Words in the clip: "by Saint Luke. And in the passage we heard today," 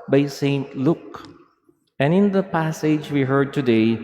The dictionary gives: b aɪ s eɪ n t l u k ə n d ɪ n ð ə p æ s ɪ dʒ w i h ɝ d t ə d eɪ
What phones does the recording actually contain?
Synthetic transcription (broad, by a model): b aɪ s eɪ n t l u k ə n ɪ n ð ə p æ s ɪ dʒ w i h ɝ d t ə d eɪ